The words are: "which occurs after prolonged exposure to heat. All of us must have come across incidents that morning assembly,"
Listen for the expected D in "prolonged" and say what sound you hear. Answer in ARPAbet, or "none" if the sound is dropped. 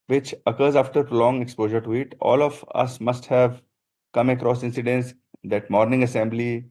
none